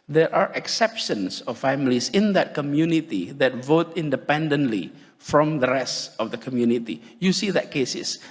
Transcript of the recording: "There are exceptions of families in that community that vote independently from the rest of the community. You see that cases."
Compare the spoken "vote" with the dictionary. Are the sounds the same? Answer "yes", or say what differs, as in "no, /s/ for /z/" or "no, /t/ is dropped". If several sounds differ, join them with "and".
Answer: yes